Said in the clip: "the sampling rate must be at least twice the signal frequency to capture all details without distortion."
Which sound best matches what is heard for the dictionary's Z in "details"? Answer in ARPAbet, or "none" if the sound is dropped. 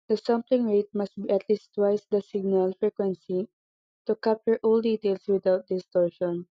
S